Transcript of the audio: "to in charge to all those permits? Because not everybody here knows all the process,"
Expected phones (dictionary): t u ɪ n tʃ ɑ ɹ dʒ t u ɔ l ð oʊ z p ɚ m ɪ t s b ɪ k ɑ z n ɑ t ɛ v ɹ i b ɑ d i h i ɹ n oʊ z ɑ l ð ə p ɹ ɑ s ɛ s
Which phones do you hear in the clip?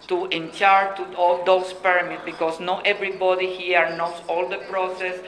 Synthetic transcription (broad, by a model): t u ɪ n tʃ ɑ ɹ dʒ t u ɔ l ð oʊ s p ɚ m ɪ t b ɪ k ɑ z n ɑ t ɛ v ɹ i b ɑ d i h i ɹ n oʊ s ɑ l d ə p ɹ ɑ s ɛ s